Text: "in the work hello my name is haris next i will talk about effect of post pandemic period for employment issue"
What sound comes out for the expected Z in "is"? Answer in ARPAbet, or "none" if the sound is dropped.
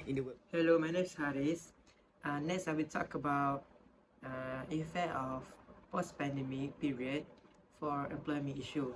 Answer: S